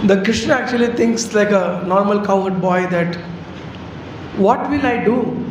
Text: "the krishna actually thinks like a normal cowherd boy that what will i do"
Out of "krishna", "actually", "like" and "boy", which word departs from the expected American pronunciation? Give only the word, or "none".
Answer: none